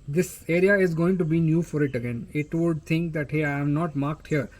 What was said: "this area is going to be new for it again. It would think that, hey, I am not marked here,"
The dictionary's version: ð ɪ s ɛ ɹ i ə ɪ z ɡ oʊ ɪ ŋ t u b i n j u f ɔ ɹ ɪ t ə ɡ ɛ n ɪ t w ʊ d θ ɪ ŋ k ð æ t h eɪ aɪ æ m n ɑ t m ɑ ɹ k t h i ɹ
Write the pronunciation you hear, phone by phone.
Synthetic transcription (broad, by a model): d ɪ s ɛ ɹ i ə ɪ z ɡ oʊ ɪ ŋ t u b i n j u f ɔ ɹ ɪ t ə ɡ ɛ n ɪ t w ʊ d t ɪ ŋ k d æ t h eɪ aɪ m n ɑ t m ɑ ɹ k t h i ɹ